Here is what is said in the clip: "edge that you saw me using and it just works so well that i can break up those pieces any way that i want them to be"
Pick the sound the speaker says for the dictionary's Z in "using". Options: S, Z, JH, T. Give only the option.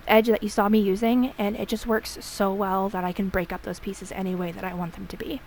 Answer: Z